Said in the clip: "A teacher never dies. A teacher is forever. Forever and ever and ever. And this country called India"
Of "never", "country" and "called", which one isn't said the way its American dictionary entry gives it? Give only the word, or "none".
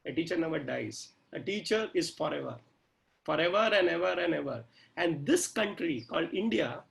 never